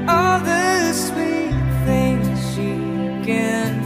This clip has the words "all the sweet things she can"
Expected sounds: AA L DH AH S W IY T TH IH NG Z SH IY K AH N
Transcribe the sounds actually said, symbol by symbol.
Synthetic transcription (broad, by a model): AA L DH AH S W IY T TH IH NG Z SH IY K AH N